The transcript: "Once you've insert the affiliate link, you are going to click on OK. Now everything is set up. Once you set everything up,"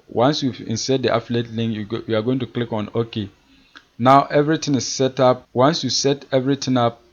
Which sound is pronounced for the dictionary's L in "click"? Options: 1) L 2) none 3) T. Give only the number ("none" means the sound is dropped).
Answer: 1